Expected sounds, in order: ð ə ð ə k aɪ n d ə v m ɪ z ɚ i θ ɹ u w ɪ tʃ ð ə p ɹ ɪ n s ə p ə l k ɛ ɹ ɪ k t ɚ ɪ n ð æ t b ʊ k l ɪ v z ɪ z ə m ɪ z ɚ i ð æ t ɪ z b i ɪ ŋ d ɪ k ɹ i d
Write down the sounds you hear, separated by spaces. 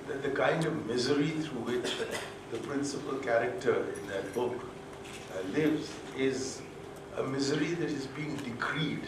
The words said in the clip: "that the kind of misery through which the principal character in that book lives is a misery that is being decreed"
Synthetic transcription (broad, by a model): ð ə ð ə k aɪ n d ə v m ɪ z ɚ i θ ɹ u w ɪ tʃ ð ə p ɹ ɪ n s ə p ə l k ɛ ɹ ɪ k t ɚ ɪ n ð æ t b ʊ k l ɪ v z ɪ z ə m ɪ z ɚ i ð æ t ɪ z b i ɪ ŋ d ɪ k ɹ i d